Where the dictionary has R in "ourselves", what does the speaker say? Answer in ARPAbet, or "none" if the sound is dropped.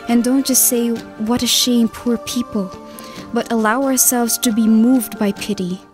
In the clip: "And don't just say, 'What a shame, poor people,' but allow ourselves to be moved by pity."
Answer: R